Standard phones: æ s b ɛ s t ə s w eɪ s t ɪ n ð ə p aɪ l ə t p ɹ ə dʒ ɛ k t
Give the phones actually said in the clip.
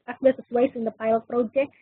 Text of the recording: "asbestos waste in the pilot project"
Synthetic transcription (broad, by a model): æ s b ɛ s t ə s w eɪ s ɪ n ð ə p aɪ l ə t p ɹ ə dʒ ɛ k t